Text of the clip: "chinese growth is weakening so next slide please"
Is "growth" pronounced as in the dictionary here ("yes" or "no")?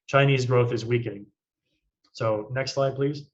yes